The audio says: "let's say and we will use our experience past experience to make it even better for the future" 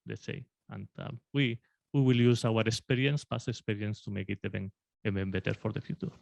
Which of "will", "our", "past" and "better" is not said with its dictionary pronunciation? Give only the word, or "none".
past